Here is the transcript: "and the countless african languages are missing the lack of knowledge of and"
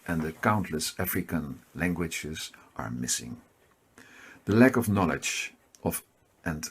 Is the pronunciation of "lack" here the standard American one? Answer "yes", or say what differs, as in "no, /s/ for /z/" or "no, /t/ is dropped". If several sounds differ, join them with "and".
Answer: yes